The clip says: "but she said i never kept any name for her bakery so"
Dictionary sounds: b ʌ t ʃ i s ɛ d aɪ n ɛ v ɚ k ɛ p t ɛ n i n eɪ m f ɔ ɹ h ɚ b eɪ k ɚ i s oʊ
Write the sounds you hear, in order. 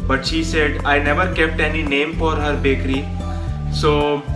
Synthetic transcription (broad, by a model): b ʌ t ʃ i s ɛ d aɪ n ɛ v ɚ k ɛ p t ɛ n i n eɪ m f ɔ ɹ h ɚ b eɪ k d i s oʊ